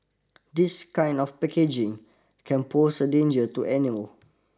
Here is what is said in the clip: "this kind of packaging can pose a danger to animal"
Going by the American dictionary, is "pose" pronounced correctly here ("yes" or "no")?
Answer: no